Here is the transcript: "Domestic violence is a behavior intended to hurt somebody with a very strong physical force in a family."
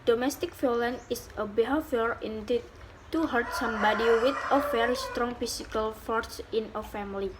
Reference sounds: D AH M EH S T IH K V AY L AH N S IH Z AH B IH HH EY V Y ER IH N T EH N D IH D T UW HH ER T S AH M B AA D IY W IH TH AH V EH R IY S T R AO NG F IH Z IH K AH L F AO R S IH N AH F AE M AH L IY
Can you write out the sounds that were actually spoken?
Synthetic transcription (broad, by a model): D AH M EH S T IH K F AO L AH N IH S AH B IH HH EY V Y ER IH N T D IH T UW HH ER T S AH M B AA D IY W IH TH AH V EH R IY S T R AO NG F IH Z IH K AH L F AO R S IH N AH F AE M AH L IY